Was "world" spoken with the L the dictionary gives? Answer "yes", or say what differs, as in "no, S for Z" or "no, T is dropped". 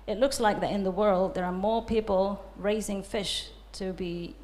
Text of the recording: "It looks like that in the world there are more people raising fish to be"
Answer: yes